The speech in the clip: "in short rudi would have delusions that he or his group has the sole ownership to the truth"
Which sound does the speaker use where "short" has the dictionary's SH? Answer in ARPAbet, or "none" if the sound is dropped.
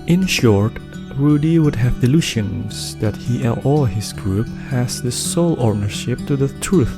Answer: SH